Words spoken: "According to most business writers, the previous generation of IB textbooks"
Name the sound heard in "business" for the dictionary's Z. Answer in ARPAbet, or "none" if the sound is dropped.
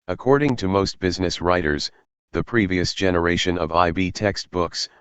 Z